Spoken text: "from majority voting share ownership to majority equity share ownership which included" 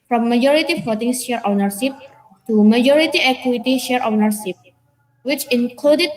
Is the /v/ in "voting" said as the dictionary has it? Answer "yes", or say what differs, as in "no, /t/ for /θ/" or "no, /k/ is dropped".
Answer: no, /f/ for /v/